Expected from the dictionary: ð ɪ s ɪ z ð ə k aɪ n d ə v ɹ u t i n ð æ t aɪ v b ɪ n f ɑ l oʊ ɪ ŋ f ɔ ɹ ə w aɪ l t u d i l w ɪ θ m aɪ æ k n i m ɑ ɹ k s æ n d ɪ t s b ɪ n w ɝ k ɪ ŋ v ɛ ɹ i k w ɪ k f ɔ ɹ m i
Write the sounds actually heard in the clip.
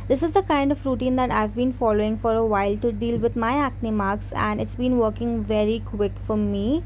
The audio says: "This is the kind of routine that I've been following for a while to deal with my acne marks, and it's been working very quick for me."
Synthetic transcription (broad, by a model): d ɪ s ɪ z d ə k aɪ n d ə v ɹ u t i n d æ t aɪ v b ɪ n f ɑ l oʊ ɪ ŋ f ɔ ɹ ə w aɪ l t u d i l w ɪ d m aɪ æ k n i m ɑ ɹ k s æ n d ɪ t s b ɪ n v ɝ k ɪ ŋ v ɛ ɹ i k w ɪ k f ɔ ɹ m i